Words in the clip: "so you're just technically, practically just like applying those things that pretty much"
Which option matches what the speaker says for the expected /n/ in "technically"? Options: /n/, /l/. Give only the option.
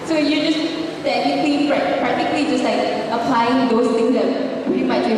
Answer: /l/